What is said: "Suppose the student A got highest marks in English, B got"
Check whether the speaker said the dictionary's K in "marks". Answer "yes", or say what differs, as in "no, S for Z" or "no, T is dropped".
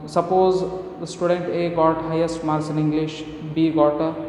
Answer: no, K is dropped